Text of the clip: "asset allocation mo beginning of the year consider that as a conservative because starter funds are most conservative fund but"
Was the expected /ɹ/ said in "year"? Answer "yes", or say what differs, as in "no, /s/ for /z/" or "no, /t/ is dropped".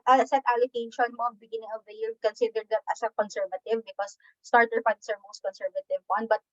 no, /l/ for /ɹ/